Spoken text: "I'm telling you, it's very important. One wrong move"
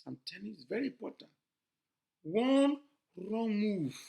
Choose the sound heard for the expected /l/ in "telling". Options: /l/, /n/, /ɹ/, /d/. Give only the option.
/n/